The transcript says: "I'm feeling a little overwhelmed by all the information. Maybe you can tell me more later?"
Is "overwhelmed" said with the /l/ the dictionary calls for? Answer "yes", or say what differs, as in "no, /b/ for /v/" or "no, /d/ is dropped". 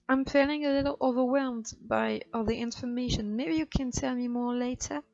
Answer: yes